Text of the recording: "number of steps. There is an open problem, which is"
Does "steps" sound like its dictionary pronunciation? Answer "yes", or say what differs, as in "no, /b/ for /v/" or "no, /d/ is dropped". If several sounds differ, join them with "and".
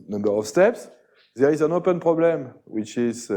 yes